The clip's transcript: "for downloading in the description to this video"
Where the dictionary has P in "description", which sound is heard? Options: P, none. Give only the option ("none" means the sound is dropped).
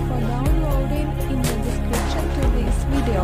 none